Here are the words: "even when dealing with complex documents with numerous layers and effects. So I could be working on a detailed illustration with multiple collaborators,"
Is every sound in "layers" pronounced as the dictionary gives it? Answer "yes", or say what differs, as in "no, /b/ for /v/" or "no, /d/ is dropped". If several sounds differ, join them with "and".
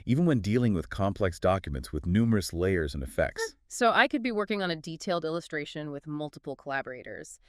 yes